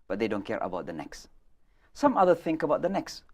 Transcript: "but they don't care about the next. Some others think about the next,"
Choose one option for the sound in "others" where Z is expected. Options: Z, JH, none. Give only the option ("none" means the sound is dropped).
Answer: none